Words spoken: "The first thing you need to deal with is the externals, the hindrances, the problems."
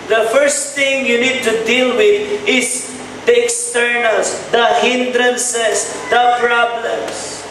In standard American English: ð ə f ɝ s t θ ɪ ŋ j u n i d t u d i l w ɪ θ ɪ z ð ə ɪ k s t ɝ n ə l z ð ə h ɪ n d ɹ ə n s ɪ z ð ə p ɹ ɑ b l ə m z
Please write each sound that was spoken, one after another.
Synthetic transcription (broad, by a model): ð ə f ɝ s t t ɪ ŋ j u n i d t u d i l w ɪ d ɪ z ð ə k s t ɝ n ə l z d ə h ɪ n d ɹ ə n s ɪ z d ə p ɹ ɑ b l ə m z